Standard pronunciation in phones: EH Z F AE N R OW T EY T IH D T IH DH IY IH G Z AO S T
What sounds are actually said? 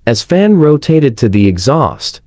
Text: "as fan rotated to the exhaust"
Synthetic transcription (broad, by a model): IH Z F AE N R OW T EY T IH D T IH DH IY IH G Z AO S T